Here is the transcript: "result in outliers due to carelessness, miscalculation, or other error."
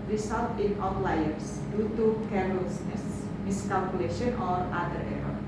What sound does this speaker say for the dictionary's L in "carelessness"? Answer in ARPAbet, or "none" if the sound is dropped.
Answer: none